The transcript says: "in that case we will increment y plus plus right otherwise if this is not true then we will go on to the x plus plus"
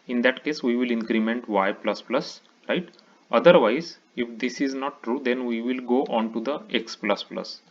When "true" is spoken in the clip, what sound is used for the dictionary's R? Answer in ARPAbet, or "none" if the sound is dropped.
R